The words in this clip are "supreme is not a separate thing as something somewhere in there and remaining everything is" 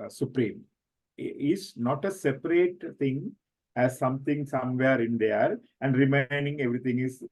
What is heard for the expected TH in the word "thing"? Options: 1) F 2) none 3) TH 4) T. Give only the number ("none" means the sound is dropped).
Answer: 4